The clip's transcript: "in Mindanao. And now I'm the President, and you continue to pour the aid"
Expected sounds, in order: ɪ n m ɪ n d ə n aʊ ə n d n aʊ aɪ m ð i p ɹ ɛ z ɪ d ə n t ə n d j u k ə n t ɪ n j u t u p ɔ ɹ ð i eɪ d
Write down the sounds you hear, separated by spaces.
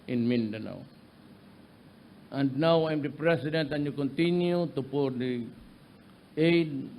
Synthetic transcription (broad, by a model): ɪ n m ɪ n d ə n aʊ ə n d n aʊ aɪ m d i p ɹ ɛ s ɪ d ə n t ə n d j u k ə n t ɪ n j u t u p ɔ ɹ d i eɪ d